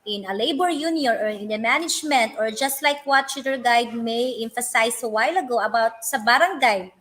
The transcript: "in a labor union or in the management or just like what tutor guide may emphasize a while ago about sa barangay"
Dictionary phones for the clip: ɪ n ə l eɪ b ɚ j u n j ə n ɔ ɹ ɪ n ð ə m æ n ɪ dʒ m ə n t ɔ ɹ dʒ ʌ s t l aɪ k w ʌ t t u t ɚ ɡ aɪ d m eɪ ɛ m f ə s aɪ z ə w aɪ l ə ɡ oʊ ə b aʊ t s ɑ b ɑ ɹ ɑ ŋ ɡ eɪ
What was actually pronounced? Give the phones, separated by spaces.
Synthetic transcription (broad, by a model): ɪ n ə l eɪ b ɚ j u n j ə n ɔ ɹ ɪ n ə m æ n ɪ dʒ m ə n t ɔ ɹ dʒ ʌ s t l aɪ k w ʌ t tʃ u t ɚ ɡ aɪ d m eɪ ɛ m f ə s aɪ s ə w aɪ l ə ɡ oʊ ə b aʊ t s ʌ b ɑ ɹ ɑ ŋ ɡ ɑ